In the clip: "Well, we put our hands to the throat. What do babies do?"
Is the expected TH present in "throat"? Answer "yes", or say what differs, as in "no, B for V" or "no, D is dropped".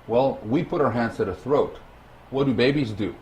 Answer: yes